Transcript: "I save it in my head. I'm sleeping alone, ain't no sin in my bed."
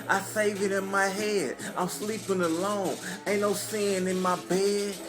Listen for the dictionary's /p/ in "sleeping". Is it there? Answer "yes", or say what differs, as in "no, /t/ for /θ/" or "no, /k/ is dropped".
yes